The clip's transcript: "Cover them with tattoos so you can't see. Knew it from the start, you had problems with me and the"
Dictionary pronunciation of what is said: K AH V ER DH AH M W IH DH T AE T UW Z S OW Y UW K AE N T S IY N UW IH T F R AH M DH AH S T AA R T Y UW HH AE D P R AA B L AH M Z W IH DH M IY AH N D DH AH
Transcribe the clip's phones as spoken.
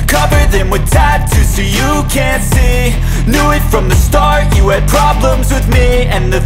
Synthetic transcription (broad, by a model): K AH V ER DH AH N W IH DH T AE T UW S OW Y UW K AE N T S IY N UW IH T F R AH M DH AH S T AA R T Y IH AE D P R AA B L AH M Z W IH DH M IY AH N DH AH